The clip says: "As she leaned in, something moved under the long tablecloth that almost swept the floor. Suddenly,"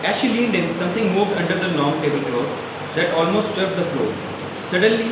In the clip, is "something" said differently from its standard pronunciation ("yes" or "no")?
yes